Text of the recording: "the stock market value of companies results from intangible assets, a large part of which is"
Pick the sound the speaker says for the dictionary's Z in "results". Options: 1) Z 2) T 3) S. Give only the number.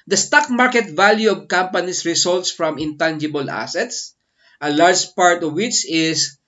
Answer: 3